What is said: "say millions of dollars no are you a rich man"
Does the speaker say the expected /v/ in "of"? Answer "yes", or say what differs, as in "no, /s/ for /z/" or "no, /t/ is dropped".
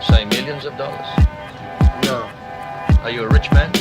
yes